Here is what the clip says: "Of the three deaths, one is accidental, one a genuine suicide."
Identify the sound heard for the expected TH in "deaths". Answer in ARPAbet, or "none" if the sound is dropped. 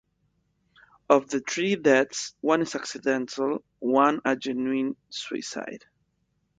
T